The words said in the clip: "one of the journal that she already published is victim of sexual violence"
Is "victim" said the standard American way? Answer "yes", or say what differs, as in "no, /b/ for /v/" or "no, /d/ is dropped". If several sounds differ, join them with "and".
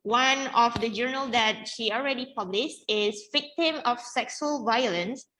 yes